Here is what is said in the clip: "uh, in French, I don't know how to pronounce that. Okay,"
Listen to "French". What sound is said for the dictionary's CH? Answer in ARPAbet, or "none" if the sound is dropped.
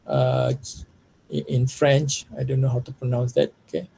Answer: CH